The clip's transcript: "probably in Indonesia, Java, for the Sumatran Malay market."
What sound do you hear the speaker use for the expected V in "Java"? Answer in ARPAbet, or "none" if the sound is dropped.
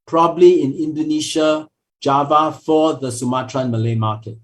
V